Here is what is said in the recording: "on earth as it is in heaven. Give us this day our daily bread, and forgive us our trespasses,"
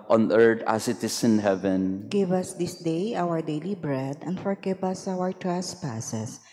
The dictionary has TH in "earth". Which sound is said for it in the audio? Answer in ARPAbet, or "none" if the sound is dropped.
T